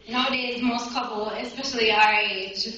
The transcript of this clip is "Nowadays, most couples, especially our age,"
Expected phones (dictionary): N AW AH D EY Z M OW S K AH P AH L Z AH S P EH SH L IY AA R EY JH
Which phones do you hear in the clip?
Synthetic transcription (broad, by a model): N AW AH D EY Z M OW S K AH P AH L AH S P EH SH L IY AA R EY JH